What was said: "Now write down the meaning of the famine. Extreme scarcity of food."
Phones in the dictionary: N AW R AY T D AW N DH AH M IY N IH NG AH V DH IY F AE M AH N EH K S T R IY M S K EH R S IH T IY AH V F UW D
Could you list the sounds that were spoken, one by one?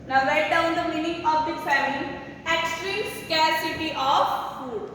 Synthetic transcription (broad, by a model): N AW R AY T D AW N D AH M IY N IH NG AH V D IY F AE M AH L EH K S T R IY M S K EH R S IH T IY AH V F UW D